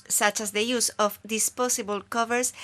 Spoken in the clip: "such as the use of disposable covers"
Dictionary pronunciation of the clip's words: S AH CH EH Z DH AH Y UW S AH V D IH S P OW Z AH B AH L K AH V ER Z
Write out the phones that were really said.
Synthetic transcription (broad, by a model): S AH CH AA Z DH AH Y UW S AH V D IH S P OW S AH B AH L K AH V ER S